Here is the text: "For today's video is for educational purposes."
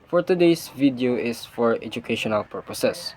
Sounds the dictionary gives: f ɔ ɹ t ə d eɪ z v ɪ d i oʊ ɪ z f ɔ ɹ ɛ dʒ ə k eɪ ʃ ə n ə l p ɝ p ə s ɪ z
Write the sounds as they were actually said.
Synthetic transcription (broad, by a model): f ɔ ɹ t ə d eɪ s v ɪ d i oʊ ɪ s f ɔ ɹ ɛ dʒ ə k eɪ ʃ ə n ə l p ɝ p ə s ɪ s